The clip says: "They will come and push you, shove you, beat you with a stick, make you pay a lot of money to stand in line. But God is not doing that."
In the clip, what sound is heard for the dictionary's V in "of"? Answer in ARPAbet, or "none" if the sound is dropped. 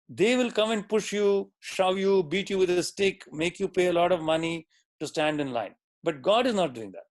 V